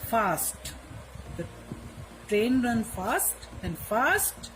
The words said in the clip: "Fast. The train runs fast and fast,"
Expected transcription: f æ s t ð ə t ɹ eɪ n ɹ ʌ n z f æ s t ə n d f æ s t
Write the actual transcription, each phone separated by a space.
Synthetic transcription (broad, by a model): f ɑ s t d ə t ɹ eɪ n ɹ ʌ n f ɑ s t ə n d f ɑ s t